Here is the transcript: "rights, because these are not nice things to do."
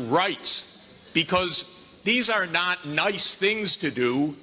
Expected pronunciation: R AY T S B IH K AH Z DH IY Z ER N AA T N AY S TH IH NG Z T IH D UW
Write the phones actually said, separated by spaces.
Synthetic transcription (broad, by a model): R AY T S B IH K AH Z DH IY Z ER N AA T N AY S TH IH NG Z T IH D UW